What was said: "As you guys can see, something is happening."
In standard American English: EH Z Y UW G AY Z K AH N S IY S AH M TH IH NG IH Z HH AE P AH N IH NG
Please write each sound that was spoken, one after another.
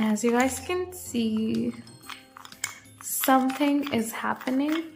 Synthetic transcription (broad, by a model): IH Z Y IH G AY Z K AH N S IY S AH M TH IH NG IH Z HH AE P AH N IH NG